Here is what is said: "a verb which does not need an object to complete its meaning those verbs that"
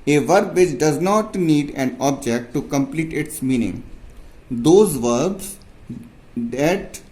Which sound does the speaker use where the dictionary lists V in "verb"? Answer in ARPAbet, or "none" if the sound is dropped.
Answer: V